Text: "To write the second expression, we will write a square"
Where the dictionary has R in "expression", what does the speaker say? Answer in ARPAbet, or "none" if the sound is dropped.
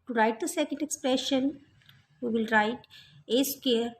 R